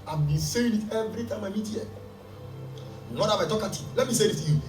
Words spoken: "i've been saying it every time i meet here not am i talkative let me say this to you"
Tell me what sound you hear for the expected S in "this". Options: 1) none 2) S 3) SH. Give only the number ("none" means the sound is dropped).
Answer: 1